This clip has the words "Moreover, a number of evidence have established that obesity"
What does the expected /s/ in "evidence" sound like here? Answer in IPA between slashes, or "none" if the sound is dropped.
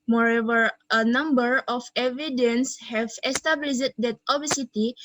/s/